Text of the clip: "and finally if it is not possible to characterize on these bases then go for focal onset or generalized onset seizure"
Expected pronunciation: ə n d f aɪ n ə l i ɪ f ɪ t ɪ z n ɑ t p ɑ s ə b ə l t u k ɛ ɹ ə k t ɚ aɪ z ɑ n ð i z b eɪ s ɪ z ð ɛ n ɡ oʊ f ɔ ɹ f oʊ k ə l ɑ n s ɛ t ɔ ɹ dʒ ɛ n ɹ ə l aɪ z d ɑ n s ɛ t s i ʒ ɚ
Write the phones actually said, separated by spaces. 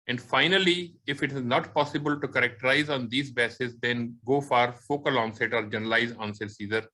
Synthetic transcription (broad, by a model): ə n d f aɪ n ə l i ɪ f ɪ t ɪ z n ɑ t p ɑ s ə b ə l t u k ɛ ɹ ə k t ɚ aɪ z ɑ n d i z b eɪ s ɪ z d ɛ n ɡ oʊ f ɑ ɹ f oʊ k ə l ɑ n s ɛ t ɔ ɹ dʒ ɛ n ə l aɪ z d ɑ n s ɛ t s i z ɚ